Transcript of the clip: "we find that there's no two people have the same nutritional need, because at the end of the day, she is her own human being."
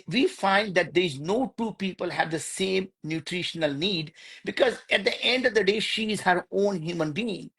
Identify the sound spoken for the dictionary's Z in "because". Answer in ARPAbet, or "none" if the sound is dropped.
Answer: Z